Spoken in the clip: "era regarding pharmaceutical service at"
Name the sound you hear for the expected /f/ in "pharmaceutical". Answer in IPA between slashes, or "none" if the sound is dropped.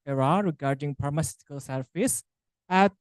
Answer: /p/